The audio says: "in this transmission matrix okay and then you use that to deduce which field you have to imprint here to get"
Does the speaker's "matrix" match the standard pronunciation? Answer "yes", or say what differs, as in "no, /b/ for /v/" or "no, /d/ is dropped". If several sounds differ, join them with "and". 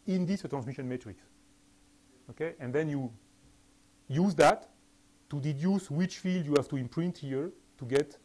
yes